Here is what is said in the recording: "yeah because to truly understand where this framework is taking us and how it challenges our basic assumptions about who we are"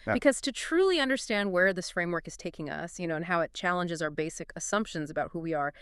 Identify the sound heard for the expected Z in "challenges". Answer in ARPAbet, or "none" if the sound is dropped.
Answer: Z